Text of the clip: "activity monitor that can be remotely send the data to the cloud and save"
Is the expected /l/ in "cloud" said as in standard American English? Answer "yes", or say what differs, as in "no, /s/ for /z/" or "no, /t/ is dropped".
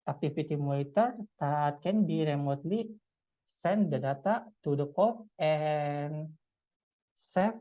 no, /l/ is dropped